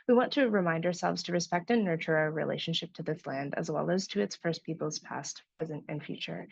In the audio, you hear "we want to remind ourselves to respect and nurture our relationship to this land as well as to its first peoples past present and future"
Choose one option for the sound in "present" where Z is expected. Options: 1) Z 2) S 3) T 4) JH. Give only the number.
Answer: 1